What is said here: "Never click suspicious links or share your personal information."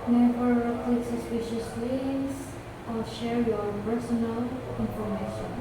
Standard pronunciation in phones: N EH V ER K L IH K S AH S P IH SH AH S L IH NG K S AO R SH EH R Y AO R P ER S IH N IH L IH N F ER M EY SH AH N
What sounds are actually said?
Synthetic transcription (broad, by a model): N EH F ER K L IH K S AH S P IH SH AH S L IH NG S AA L SH EH R Y AO R P ER S IH N IH L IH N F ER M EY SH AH N